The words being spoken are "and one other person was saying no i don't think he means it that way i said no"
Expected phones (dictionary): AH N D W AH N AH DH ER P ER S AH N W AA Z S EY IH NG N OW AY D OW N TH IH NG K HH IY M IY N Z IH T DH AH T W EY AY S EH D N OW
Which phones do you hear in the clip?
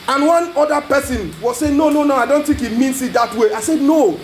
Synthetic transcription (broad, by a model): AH N W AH N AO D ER P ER S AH N W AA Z S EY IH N N OW AY D OW N T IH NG K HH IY M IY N S IH T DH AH T W EY AY S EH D N OW